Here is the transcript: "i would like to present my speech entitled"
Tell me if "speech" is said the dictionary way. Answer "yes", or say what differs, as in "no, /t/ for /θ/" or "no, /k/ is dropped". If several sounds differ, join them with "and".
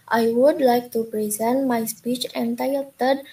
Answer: yes